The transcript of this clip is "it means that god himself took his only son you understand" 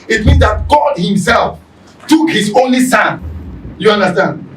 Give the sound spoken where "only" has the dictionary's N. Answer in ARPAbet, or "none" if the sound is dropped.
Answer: N